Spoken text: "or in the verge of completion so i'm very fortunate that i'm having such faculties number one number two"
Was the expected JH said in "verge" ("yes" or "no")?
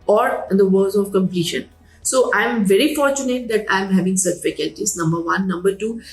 no